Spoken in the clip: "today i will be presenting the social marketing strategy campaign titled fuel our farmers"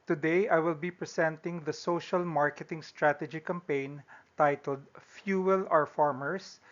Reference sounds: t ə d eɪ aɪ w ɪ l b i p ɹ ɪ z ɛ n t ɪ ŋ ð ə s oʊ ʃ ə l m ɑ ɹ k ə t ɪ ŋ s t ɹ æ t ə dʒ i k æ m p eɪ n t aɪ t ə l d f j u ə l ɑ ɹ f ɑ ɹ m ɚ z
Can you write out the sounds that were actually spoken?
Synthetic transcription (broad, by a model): t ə d eɪ aɪ w ɪ l b i p ɹ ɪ s ɛ n t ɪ ŋ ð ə s oʊ ʃ ə l m ɑ ɹ k ə t ɪ ŋ s t ɹ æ t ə dʒ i k æ m p eɪ n t aɪ t ə l d f j u ə l ɑ ɹ f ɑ ɹ m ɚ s